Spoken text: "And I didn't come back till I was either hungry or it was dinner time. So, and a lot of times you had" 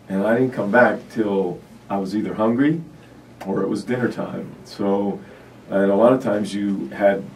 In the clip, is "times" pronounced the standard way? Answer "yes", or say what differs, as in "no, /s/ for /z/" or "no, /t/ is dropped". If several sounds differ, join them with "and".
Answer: yes